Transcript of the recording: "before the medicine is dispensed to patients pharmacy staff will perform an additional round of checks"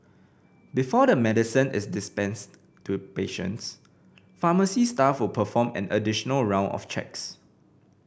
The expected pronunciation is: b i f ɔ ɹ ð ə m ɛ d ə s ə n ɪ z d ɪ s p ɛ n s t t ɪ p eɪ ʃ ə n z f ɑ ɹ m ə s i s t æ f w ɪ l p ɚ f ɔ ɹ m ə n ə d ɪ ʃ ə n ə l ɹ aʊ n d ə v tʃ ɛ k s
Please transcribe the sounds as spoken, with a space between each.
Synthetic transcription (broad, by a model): b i f ɔ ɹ ə m ɛ d ə s ə n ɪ s d ɪ s p ɛ n s t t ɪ p eɪ ʃ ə n s f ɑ m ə s i s t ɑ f w ɪ l p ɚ f ɔ m ə n ə d ɪ ʃ ə n ə l ɹ aʊ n ə f tʃ ɛ k s